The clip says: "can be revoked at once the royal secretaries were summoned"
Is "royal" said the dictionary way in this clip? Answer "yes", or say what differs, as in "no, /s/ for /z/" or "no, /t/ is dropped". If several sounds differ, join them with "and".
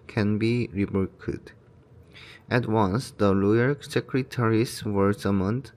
no, /l/ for /ɹ/